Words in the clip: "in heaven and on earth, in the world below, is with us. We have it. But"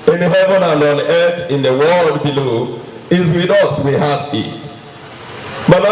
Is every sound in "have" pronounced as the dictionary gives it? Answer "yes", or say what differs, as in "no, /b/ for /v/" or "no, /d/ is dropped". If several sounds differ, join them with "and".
no, /f/ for /v/